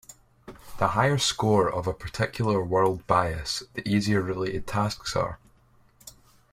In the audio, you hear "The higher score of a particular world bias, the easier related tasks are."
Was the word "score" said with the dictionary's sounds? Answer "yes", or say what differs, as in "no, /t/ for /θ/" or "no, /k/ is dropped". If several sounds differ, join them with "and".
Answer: yes